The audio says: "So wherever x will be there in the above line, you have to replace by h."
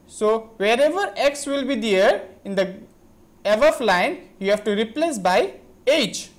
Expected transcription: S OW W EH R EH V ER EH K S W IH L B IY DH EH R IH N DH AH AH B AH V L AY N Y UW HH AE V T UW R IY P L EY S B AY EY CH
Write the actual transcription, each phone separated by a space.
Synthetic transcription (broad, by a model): S OW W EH R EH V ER EH K S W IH L B IY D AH R IH N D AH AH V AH F L AY N Y UW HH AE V T UW R IY P L EY S B AY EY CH